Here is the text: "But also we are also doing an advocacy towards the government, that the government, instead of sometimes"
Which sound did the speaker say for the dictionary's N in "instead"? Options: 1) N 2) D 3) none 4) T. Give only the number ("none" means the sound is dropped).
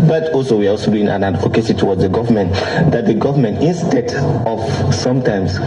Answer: 1